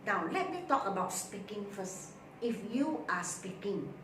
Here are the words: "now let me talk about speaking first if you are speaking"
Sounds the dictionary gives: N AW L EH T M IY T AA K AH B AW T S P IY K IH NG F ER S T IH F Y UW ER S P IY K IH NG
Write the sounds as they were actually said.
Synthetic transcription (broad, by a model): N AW L EH T M IY T AA K AH B AW T S P IY K IH NG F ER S IH F Y UW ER S P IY K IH NG